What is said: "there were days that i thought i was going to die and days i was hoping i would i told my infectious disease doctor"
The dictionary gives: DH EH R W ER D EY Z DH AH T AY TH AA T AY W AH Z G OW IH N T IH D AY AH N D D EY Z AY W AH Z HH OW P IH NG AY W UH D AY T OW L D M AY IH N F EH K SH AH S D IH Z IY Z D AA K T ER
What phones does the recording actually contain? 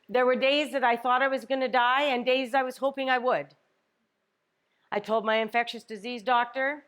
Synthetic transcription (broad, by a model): DH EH R W ER D EY Z DH AH T AY TH AA T AY W AH Z G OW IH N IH D AY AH N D D EY Z AY W AH Z HH OW P IH NG AY W UH D AY T OW L D M AY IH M F EH K SH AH S D IH Z IY Z D AA K T ER